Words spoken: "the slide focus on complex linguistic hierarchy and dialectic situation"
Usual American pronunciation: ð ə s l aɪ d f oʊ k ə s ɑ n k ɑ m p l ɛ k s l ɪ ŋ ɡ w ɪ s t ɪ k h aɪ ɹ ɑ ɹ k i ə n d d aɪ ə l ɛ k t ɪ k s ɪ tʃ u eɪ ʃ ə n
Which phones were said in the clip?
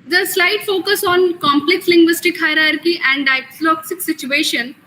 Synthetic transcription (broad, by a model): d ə s l aɪ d f oʊ k ə s ɑ n k ɑ m p l ɛ k s l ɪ ŋ ɡ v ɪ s t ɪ k h aɪ ɹ ɑ ɹ k i ə n d d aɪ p l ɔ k s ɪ k s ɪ tʃ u eɪ ʃ ə n